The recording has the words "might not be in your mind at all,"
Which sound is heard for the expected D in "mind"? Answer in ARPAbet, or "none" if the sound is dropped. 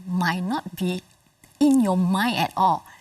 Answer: none